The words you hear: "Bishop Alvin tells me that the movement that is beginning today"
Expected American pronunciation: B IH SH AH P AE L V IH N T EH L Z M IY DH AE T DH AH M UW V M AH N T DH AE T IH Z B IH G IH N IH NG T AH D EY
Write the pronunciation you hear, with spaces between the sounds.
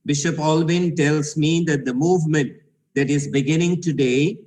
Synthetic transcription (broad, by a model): B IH SH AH P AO L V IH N T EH L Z M IY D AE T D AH M UW V M AH N T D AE T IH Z B IH G IH N IH NG T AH D EY